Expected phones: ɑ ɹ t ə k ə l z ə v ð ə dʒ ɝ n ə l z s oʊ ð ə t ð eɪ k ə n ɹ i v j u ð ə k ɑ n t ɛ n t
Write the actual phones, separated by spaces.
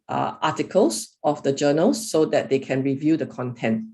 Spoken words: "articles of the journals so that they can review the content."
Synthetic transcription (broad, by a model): ɑ t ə k ə l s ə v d ə dʒ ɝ n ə l s oʊ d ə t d eɪ k ə n ɹ i v j u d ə k ɑ n t ɛ n t